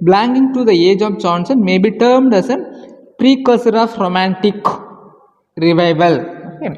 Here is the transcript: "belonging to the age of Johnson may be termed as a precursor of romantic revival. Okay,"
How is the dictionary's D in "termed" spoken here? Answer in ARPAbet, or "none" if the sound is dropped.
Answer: D